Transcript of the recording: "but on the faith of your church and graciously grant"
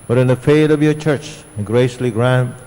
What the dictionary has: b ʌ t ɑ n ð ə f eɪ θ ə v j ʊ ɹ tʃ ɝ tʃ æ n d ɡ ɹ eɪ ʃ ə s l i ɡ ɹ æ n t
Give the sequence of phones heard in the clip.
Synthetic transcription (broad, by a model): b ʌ t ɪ n ð ə f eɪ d ə v j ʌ ɹ tʃ ɝ tʃ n ɡ ɹ eɪ ə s l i ɡ ɹ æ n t